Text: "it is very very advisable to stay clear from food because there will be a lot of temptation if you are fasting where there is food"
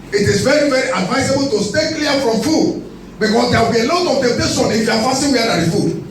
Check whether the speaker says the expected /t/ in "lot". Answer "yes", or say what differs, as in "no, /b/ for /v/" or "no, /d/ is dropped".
yes